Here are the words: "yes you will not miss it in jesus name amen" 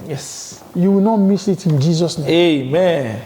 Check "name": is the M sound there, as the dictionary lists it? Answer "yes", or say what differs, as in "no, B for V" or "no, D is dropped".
no, M is dropped